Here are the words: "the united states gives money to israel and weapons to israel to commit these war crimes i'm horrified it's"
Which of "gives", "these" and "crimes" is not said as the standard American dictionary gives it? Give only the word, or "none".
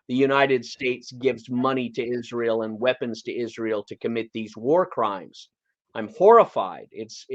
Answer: none